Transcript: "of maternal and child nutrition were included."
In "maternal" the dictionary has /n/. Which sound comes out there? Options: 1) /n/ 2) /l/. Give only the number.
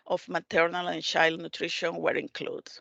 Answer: 1